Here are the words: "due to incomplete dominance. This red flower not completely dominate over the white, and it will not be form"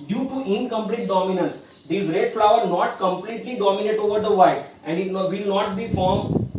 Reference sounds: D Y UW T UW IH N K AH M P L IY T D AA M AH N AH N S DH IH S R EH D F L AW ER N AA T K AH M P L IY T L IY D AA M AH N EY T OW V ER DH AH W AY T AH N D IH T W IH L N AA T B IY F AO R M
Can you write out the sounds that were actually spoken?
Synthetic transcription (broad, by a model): D Y UW T UW IH N K AH M P L IY T D AA M AH N AH N S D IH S R EH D F L AW ER N AA T K AH M P L IY T L IY D AA M AH N EY T OW V ER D AH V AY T AH N D IH T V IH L N AA T B IY F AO R M